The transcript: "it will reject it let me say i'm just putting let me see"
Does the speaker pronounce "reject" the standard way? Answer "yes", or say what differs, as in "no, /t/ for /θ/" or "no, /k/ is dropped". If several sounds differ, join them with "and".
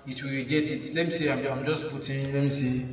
no, /k/ is dropped